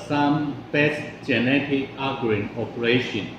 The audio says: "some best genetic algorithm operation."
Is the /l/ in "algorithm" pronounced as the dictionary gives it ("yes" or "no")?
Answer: no